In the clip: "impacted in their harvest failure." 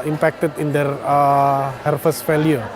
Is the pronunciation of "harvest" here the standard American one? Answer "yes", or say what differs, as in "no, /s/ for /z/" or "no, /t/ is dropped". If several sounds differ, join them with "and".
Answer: no, /f/ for /v/